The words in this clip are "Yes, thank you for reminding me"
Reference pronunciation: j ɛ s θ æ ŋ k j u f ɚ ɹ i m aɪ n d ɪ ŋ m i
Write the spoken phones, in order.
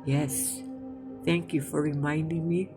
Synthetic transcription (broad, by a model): j ɛ s θ æ ŋ k j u f ɚ ɹ i m aɪ n d ɪ ŋ m i